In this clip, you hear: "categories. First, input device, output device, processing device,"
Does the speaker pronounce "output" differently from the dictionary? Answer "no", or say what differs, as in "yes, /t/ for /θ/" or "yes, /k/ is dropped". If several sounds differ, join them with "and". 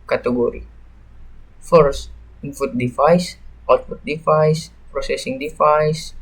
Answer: yes, /f/ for /p/